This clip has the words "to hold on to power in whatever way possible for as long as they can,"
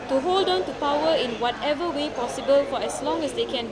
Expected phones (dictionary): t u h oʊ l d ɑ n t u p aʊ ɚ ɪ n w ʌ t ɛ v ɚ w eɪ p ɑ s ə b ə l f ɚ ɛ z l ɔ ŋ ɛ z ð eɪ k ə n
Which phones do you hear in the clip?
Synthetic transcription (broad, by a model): t u h oʊ l d ɑ n t u p aʊ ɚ ɪ n w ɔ t ɛ v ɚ w eɪ p ɑ s ə b ə l f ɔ ɛ s l ɔ ŋ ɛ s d eɪ k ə n